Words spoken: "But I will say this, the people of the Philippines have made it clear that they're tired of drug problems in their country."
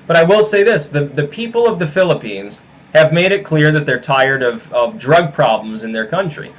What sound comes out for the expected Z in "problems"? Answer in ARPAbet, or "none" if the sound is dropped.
Z